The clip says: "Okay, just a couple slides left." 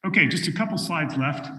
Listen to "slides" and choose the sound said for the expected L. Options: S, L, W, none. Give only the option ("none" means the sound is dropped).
none